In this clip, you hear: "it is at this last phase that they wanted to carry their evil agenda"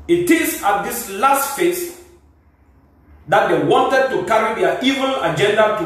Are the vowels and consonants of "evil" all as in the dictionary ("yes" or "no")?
no